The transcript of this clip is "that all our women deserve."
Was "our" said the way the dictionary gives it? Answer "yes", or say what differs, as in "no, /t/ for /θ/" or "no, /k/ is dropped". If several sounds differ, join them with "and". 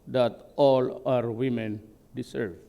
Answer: yes